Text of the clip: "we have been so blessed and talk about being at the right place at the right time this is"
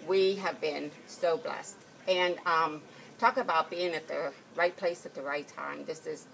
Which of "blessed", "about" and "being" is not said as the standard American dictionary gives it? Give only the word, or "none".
none